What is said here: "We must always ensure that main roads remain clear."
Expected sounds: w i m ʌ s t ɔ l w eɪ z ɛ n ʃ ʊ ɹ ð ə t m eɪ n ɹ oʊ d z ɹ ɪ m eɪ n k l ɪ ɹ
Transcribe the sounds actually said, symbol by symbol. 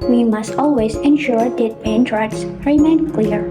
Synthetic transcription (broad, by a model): w i m ʌ s t ɔ l w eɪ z ɛ n ʃ ʊ ɹ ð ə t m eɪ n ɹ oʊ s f ɹ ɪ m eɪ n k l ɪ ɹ